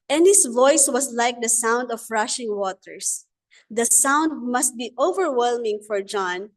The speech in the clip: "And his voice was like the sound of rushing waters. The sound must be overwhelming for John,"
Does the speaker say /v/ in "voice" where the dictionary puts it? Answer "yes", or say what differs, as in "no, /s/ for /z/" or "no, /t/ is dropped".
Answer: yes